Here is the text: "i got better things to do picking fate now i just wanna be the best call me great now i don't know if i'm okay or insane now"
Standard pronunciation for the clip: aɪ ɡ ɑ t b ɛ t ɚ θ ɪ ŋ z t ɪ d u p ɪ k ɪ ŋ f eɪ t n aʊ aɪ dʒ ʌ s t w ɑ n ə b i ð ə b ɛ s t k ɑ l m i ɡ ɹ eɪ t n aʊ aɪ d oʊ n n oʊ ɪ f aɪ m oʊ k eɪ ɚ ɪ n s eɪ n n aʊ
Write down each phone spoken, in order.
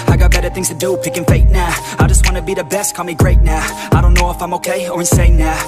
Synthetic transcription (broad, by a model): aɪ ɡ ɑ t b ɛ t ɚ θ ɪ ŋ z t ɪ d u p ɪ k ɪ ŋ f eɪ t n aʊ aɪ dʒ ʌ s t w ɑ n ə b i ð ə b ɛ s t k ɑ m i ɡ ɹ eɪ t n aʊ aɪ d oʊ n n oʊ ɪ f aɪ m oʊ k eɪ ɚ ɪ n s eɪ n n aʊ